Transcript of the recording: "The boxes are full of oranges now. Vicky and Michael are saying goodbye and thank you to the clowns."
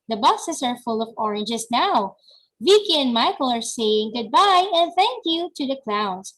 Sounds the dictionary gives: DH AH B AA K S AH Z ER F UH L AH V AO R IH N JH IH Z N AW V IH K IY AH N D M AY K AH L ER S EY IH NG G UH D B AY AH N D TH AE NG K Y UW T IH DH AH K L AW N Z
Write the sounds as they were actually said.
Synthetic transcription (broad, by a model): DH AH B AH S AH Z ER F UH L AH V AO R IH N JH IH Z N AW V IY K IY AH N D M AY K AH L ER S EY IH NG G UH D B AY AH N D TH AE NG K Y UW T IH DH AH K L AW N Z